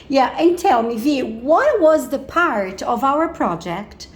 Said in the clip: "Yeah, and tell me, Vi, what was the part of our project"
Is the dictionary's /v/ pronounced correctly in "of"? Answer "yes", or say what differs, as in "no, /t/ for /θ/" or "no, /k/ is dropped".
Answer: yes